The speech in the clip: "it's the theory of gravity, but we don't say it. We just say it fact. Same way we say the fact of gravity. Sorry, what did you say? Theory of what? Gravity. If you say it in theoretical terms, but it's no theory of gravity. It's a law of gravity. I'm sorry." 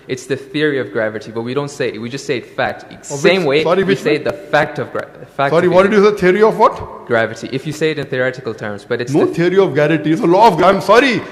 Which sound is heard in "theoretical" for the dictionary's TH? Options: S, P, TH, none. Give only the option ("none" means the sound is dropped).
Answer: TH